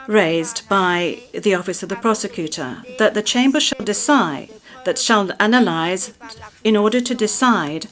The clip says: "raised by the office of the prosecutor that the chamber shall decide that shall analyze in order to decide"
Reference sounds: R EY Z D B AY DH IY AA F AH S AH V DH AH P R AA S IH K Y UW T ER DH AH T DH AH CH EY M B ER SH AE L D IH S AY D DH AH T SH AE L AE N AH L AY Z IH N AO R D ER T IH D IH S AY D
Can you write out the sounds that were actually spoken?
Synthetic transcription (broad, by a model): R EY Z B AY DH IY AA F AH S AH V DH AH P R AA S IH K Y UW T ER DH AH T DH AH CH EY M B ER SH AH L D IH S AY D DH AH T SH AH L AE N AH L AY Z IH N AO R D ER T IH D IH S AY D